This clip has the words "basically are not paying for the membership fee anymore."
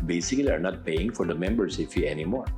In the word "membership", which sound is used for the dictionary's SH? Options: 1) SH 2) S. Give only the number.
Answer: 2